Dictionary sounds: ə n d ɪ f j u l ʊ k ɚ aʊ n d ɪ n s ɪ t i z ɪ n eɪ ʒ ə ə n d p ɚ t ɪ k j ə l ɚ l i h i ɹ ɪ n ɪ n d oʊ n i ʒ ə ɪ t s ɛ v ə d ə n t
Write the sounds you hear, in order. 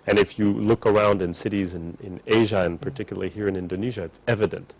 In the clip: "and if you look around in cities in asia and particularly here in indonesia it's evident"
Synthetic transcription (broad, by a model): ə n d ɪ f j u l ʊ k ɚ aʊ n d ɪ n s ɪ t i z ɪ n eɪ ʒ ə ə n p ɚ t ɪ k j l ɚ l i h i ɹ ɪ n ɪ n d oʊ n i ʒ ə ɪ t s ɛ v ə d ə n t